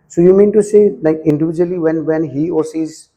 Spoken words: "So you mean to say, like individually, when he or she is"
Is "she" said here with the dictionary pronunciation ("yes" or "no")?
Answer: no